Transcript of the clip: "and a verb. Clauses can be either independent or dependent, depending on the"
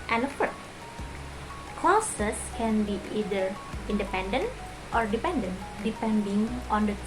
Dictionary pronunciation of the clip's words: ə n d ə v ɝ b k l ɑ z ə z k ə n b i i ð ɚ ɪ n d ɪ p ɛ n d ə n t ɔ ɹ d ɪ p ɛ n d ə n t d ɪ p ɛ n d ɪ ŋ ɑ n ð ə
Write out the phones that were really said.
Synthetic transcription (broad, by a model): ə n ə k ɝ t k l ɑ s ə s k ə n b i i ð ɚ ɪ n d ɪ p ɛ n d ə n t ɔ ɹ d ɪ p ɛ n d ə n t d ɪ p ɛ n d ɪ ŋ ɑ n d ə